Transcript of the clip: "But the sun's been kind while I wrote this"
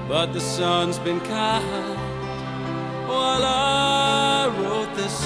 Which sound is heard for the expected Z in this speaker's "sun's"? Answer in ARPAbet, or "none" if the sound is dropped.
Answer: Z